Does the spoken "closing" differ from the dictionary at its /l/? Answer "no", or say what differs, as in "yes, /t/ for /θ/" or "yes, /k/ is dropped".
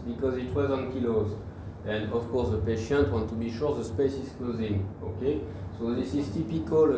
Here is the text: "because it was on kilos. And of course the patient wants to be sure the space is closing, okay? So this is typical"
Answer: no